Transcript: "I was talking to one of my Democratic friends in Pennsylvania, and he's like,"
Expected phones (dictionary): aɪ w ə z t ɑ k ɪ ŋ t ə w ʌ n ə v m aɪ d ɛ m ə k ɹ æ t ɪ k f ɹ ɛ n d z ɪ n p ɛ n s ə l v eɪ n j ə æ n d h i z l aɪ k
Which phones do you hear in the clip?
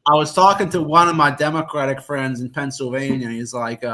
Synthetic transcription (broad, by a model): aɪ w ə z t ɑ k ɪ ŋ t ə w ʌ n ə v m aɪ d ɛ m ə k ɹ æ t ɪ k f ɹ ɛ n d z ɪ n p ɛ n s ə l v eɪ n j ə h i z l aɪ k